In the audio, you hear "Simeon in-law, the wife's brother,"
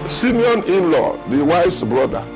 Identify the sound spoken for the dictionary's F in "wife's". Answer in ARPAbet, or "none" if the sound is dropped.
none